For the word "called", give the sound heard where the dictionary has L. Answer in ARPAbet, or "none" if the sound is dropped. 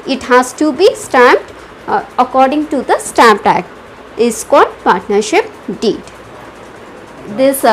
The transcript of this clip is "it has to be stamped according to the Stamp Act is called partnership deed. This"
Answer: none